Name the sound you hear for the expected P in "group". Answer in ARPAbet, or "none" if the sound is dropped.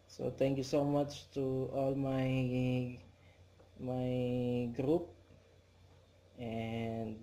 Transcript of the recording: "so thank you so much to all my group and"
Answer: P